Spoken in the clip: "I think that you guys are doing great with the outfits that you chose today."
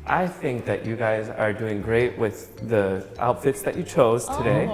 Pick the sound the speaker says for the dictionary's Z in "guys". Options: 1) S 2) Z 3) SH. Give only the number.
2